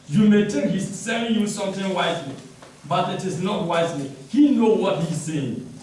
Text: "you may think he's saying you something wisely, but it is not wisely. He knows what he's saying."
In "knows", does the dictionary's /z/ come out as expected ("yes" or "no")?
no